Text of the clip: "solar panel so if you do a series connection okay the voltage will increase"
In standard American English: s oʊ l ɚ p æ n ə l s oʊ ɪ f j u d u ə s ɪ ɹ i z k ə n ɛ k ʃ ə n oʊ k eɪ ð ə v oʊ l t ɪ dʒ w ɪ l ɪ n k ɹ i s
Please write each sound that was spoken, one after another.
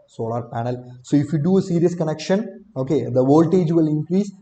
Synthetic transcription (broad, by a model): s oʊ l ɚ p æ n ə l s oʊ ɪ f j u d u ə s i ɹ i s k ə n ɛ k ʃ ə n oʊ k eɪ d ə v oʊ l t ɪ dʒ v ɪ l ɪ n k ɹ i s